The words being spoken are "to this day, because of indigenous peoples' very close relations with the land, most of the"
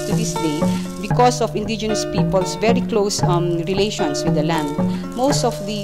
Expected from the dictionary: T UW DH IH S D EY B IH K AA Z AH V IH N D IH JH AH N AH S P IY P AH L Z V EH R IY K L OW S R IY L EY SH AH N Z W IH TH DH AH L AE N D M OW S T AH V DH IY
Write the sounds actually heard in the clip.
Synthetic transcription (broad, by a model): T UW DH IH S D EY B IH K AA S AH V IH N D IH JH AH N AH S P IY P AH L S V EH R IY K L OW S R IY L EY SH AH N S W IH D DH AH L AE N D M OW S T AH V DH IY